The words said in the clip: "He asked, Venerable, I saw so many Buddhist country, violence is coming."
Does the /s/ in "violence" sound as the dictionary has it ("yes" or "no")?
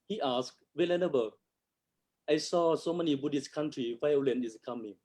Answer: no